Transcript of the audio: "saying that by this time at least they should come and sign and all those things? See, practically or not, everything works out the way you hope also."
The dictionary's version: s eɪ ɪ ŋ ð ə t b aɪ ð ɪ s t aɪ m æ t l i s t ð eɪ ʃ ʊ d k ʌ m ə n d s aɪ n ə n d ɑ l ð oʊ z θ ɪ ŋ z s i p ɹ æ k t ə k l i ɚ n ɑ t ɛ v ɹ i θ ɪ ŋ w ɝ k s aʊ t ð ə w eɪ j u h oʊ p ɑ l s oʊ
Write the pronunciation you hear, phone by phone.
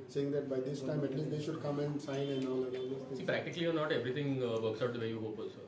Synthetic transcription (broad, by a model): s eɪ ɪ ŋ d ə t b aɪ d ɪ s t aɪ m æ t l i s t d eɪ ʃ ʊ d k ʌ m ə n d s aɪ n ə n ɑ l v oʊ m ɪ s s i p ɹ æ k t ə k l i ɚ n ɑ t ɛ v ɹ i t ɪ ŋ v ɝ k s aʊ t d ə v eɪ j u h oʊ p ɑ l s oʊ